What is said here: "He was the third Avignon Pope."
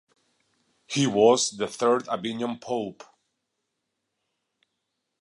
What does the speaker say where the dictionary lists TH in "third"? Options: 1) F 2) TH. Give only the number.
2